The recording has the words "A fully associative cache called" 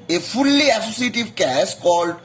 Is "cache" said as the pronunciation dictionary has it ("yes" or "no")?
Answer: no